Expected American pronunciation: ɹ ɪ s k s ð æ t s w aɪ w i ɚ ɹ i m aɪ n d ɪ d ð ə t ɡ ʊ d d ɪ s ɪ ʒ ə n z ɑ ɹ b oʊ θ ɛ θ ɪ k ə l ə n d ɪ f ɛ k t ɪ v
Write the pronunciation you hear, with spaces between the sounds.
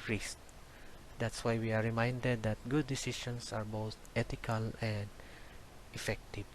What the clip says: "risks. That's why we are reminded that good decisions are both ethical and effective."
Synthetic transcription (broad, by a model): ɹ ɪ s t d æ t s w aɪ w i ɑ ɹ i m aɪ n d ɪ d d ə t ɡ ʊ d d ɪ s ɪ ʃ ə n s ɑ ɹ b oʊ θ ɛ t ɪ k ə l ə n d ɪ f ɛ k t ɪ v